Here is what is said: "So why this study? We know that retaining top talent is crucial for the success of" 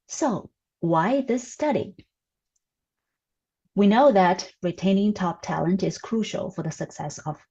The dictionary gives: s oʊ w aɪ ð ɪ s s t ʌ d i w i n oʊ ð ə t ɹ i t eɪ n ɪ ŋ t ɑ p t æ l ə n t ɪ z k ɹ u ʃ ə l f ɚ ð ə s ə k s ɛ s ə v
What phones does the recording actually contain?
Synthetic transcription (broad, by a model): s oʊ w aɪ ð ɪ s s t ʌ d i w i n oʊ ð ə t ɹ i t eɪ n ɪ ŋ t ɑ p t æ l ə n t ɪ z k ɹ u ʃ l f ɚ ð ə s ə k s ɛ s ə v